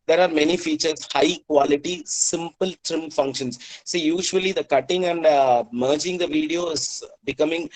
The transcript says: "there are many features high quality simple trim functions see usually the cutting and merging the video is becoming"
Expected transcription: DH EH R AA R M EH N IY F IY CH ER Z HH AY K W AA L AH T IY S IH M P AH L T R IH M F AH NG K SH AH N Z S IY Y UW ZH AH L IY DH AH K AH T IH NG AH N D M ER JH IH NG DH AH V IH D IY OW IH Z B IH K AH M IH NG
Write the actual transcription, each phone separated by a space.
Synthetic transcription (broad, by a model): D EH R AA R M EH N IY F IY CH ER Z HH AY K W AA L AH T IY S IH M P AH L T R IH M F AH NG K SH AH N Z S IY Y UW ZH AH L IY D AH K AH T IH NG AH N D M ER JH IH NG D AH V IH D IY OW IH Z B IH K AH M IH NG